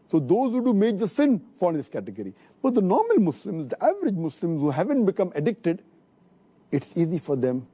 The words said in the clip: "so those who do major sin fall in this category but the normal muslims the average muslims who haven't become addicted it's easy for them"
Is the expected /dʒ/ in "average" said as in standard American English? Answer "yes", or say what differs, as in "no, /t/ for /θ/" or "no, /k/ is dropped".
yes